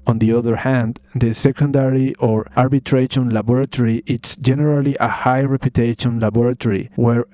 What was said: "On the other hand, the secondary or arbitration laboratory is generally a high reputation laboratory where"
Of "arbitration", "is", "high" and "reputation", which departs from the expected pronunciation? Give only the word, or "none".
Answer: is